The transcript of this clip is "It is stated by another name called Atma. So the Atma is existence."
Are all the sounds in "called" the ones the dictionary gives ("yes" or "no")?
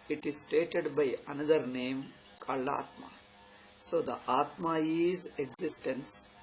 no